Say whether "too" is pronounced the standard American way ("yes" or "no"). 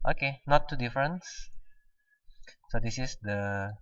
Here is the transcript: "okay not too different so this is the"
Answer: yes